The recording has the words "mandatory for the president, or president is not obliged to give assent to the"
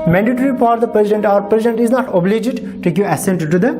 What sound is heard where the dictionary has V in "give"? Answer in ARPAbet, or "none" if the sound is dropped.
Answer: none